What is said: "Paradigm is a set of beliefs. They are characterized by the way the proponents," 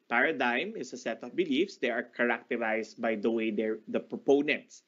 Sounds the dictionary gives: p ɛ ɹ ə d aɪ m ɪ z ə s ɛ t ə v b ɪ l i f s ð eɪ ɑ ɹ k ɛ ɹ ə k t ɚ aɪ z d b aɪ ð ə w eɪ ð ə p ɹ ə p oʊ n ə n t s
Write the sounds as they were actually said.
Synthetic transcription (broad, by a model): p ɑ ɹ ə d aɪ m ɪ s ə s ɛ t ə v b ɪ l i f s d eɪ ɑ ɹ k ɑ ɹ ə k t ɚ aɪ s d b aɪ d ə w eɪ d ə p ɹ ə p oʊ n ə n t s